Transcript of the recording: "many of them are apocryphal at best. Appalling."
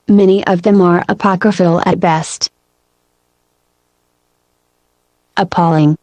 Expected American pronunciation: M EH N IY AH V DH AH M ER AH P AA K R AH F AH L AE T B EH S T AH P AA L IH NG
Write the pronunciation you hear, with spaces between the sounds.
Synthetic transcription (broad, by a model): M EH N IY AH V DH AH M ER AH P AA K R AH F AH L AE T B EH S T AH P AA L IH NG